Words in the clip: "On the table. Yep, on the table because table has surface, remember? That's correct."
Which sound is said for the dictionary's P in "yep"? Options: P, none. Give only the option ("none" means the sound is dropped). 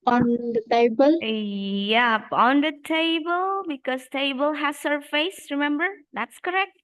P